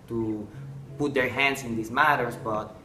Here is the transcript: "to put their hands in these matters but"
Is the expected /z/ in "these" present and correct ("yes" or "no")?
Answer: no